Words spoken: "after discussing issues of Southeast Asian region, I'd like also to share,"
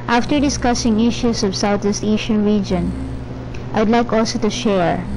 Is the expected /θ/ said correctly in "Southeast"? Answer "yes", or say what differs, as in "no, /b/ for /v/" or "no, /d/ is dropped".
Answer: no, /t/ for /θ/